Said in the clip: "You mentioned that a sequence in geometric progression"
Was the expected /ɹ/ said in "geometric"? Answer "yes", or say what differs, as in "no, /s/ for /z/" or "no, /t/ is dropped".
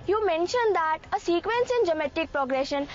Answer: no, /ɹ/ is dropped